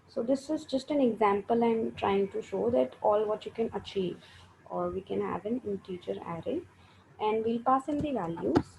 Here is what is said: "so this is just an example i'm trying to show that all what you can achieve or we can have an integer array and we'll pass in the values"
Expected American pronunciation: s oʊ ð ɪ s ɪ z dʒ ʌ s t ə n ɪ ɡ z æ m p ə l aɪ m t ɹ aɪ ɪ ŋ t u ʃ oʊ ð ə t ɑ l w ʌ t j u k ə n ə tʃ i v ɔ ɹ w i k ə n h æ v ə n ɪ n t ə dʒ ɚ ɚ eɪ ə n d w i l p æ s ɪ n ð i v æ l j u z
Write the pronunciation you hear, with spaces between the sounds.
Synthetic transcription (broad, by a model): s oʊ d ɪ s ɪ z dʒ ʌ s t ə n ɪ ɡ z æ m p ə l aɪ m t ɹ aɪ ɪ ŋ t u ʃ oʊ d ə t ɑ l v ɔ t j u k ə n ə tʃ i v ɔ ɹ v i k ə n h æ v ə n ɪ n t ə tʃ ɚ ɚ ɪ ə n d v i l p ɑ s ɪ n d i v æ l j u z